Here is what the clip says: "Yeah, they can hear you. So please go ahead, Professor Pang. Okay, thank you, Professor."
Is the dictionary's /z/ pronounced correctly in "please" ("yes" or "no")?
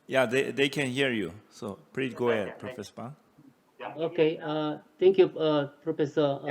no